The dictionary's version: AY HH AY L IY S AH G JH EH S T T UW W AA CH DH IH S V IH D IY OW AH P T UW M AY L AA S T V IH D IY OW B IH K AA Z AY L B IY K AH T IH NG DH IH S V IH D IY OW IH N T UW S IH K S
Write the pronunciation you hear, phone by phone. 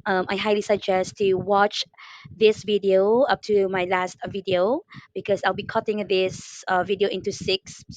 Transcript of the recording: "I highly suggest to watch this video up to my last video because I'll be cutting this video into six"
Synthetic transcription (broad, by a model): AY HH AY L IY S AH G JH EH S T T UW W AA CH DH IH S V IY D IY OW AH P T UW M AY L AA S T V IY D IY OW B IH K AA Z AY L B IY K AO T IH NG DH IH S V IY D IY OW IH N T UW S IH K S